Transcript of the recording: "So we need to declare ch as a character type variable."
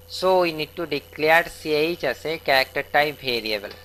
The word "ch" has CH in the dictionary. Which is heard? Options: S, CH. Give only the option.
S